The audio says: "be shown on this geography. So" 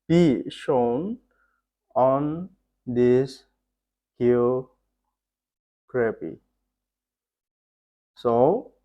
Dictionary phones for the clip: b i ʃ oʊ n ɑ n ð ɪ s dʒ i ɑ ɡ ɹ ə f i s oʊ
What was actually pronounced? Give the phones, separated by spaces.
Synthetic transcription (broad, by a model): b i ʃ oʊ n ɑ n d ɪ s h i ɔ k ɹ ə p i s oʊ